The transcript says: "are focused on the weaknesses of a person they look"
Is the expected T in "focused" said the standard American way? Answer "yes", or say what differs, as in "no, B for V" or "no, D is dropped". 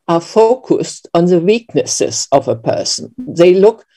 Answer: yes